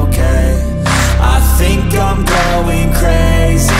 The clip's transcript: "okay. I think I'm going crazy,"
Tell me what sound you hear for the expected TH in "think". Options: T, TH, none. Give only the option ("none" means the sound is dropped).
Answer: TH